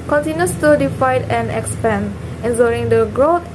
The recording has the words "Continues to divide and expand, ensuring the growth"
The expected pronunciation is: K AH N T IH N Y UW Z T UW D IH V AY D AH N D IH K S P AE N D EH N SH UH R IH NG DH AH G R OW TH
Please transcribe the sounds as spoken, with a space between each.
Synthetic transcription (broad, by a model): K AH N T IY N Y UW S T UW D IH F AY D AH N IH K S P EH N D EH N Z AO R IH NG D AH G R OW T